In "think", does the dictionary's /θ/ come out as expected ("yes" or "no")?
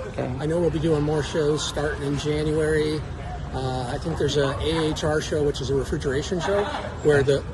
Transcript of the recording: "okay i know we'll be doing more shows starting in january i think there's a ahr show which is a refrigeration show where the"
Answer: yes